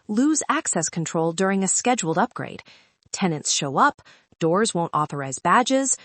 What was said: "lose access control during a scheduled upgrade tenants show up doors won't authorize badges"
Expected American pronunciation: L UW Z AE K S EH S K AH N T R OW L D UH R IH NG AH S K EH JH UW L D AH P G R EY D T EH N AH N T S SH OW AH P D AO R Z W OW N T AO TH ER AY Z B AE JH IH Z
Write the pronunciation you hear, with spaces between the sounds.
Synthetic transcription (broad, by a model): L UW Z AE K S EH S K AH N T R OW L D UH R IH NG AH S K EH JH UW L D AH P G R EY D T EH N AH N T S SH OW AH P D AO R Z W OW N T AO TH ER AY Z B AE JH IH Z